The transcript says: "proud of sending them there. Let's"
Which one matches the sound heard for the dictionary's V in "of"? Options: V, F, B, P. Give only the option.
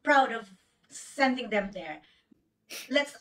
V